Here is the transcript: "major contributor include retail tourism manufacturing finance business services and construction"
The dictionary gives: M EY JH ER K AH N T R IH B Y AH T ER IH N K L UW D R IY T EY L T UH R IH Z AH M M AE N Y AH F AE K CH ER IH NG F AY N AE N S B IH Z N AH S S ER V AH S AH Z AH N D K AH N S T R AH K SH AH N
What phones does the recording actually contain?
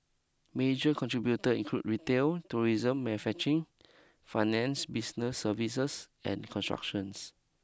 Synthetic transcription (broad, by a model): M EY JH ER K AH N T R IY B Y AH T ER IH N K L UW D R IY T EY L T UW R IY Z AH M M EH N F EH CH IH NG F AY N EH N S B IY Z N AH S S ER V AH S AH S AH N K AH N S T R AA K SH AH N